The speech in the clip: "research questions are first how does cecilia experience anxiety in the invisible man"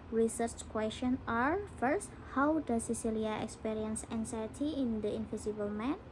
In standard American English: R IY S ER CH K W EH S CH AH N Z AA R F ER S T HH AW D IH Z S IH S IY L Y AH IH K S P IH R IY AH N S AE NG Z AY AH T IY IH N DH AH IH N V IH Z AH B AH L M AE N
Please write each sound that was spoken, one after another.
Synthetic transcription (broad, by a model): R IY S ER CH K W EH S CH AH N AA R F ER S T HH AW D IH S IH S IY L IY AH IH K S P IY R IY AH N S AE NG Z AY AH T IY IH N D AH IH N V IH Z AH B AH L M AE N